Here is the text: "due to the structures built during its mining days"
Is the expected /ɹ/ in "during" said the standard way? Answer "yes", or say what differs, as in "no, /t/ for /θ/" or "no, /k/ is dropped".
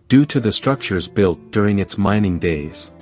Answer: yes